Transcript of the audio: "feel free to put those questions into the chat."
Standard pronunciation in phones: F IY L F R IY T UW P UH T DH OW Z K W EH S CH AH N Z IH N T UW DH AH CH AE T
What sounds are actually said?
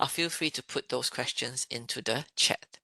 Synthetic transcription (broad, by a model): F IY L F R IY T UW P UH T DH OW S K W EH S CH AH N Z IH N T UW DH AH CH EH T